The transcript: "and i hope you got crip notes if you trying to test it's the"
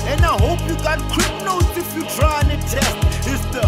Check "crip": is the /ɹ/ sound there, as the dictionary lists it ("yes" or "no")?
no